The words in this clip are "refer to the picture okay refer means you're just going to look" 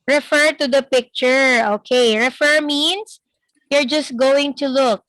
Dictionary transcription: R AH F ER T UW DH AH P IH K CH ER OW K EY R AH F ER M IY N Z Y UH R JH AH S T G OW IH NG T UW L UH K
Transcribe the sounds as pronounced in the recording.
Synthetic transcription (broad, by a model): R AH F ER T UW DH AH P IH K CH ER OW K EY R AH F ER M IY N S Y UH R JH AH S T G OW IH NG T UW L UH K